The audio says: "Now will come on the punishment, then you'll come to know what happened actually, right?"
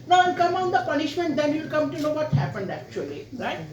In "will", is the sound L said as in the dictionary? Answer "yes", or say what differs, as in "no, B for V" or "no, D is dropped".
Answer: no, N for L